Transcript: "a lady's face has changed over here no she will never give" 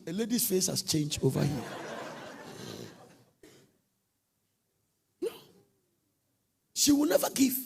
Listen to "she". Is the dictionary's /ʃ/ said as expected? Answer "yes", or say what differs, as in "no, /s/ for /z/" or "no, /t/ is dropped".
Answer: yes